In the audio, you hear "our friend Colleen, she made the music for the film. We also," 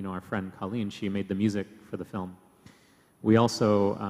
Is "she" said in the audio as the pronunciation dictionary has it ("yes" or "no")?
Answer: yes